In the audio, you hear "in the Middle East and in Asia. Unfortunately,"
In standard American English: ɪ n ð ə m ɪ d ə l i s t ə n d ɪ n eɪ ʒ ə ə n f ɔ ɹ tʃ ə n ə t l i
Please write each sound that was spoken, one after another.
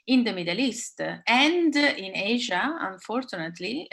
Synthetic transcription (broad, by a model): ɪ n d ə m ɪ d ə l i s t ə n d ɪ n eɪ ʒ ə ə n f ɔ ɹ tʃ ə n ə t l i